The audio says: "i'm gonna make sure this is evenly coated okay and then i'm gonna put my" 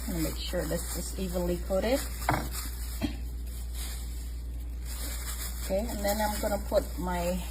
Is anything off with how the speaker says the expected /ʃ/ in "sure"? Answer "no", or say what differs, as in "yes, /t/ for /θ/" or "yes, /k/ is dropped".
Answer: no